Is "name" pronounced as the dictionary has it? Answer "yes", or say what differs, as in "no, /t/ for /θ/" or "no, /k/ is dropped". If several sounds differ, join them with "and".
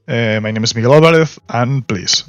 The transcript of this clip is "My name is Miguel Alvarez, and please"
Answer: yes